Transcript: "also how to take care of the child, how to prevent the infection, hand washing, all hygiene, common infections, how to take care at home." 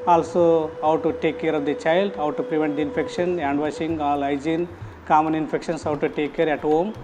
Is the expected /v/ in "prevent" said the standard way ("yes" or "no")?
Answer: yes